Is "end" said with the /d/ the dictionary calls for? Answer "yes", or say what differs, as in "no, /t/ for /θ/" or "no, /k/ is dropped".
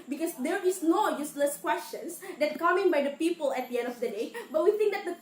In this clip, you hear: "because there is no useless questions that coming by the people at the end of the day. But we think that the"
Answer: yes